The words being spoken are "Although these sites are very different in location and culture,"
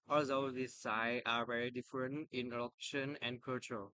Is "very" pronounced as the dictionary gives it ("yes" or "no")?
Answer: yes